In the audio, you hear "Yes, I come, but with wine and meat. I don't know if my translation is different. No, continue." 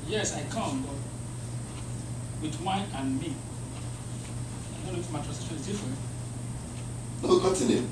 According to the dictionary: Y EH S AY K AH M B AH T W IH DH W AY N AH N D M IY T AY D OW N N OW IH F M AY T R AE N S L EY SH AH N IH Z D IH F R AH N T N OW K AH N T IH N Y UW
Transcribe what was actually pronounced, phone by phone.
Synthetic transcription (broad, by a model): Y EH S AY K AH M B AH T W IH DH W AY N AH N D M IY AY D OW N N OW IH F M AY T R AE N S EY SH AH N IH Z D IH F R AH N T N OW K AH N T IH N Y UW